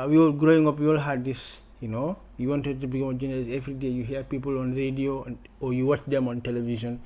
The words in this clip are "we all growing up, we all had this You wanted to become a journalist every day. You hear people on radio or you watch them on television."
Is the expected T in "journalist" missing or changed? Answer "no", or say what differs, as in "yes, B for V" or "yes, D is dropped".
yes, T is dropped